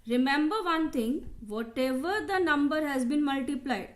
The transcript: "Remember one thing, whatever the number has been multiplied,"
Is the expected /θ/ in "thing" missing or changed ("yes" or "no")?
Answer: yes